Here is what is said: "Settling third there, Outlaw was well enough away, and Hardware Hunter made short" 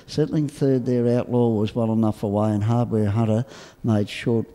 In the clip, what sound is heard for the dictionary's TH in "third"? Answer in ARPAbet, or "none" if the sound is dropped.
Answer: TH